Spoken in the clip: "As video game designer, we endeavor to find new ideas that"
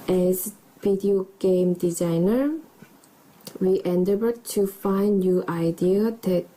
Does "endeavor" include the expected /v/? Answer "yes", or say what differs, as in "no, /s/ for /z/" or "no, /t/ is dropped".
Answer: no, /b/ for /v/